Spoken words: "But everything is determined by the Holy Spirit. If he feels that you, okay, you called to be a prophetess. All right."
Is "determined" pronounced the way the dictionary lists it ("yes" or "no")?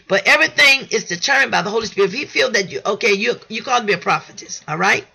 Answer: no